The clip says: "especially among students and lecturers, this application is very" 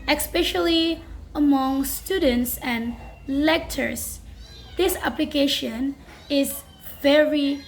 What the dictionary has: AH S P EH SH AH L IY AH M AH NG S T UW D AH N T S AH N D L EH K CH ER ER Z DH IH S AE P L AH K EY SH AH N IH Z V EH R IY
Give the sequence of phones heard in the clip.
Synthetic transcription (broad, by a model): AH S P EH SH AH L IY AH M AH NG S T UW D AH N T S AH N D L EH K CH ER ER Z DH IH S AE P L AH K EY SH AH N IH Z V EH R IY